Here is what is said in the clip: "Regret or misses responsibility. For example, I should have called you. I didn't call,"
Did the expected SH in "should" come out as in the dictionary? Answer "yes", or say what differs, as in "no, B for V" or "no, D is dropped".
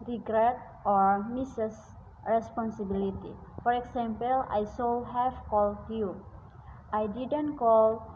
no, S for SH